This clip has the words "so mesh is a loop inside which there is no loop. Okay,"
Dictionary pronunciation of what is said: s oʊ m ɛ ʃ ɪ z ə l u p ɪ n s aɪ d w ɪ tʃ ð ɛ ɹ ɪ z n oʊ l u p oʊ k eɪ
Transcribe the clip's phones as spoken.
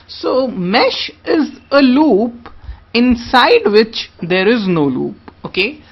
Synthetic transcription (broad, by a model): s oʊ m ɛ ʃ ɪ z ə l u p ɪ n s aɪ d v ɪ tʃ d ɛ ɹ ɪ z n oʊ l u p oʊ k eɪ